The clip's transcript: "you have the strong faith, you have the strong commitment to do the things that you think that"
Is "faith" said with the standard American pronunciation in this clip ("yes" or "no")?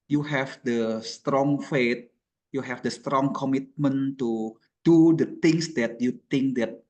no